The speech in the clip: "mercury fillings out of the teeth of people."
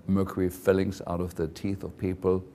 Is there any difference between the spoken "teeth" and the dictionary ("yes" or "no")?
no